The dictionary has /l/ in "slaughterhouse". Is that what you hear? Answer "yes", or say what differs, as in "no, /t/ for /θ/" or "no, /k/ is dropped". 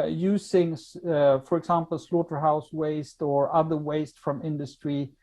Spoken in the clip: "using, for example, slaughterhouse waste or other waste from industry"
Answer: yes